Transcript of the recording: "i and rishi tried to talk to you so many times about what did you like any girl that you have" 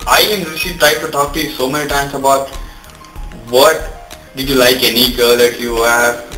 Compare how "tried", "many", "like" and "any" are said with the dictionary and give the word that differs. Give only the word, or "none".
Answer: tried